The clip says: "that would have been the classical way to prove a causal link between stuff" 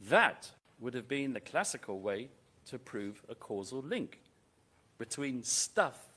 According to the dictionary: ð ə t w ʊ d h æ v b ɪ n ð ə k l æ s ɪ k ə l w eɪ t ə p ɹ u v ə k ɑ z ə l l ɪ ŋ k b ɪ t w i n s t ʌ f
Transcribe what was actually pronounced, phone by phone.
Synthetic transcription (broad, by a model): ð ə t w ʊ d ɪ v b ɪ n ð ə k l æ s ɪ k ə l w eɪ t ə p ɹ u v ə k ɑ z ə l l ɪ ŋ k b ɪ t w i n s t ʌ f